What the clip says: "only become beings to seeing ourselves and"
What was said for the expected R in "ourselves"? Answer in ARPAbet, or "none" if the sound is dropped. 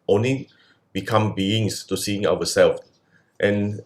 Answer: W